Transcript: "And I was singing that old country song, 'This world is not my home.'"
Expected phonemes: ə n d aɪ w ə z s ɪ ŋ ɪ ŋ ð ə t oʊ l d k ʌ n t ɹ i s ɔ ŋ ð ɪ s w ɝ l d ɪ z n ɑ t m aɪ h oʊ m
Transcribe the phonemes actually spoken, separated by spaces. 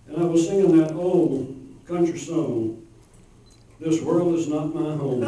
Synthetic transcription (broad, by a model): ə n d aɪ w ə z s ɪ ŋ ɪ ŋ ð ə t oʊ l d k ʌ n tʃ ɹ i s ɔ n ð ɪ s w ɝ l d ɪ z n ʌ t m aɪ h oʊ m